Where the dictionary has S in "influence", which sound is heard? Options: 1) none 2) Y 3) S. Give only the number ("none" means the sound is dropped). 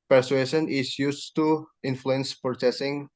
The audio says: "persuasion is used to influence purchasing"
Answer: 3